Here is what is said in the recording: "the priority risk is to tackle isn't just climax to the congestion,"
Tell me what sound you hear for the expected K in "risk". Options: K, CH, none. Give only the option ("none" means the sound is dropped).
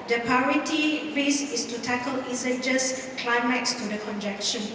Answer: none